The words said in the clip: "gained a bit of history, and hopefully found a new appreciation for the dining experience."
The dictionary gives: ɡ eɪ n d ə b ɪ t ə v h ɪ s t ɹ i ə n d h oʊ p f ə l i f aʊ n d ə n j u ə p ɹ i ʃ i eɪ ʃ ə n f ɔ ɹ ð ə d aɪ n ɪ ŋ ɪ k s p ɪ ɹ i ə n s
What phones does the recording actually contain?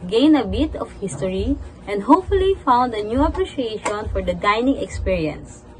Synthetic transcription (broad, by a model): ɡ eɪ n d ə b ɪ t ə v h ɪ s t ɹ i ə n d h oʊ p f ə l i f aʊ n d ə n j u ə p ɹ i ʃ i eɪ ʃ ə n f ɔ ɹ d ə d aɪ n ɪ ŋ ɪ k s p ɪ ɹ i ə n s